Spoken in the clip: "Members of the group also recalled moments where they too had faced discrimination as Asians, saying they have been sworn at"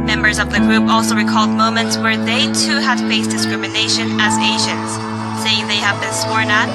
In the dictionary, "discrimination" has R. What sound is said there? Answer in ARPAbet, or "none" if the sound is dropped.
R